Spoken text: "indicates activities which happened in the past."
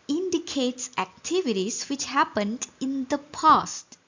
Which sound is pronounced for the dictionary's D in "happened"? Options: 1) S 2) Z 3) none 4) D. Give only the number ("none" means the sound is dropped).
4